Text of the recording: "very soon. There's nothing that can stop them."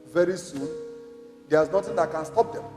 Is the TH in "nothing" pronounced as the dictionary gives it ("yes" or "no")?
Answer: no